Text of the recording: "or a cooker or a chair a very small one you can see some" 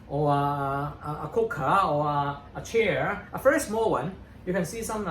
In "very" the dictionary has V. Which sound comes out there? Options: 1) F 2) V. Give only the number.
1